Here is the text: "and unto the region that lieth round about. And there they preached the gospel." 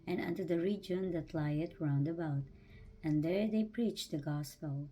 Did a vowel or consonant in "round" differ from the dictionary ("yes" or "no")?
no